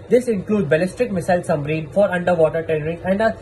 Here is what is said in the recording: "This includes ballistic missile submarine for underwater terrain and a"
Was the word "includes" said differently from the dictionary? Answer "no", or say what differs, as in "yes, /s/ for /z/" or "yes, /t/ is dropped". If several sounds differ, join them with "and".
yes, /z/ is dropped